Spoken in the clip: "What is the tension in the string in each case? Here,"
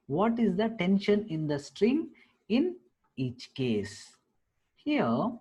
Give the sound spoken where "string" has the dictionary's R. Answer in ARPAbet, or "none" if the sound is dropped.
R